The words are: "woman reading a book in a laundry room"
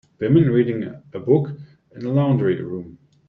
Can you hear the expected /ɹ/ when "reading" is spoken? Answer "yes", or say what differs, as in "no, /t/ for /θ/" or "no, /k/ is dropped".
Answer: yes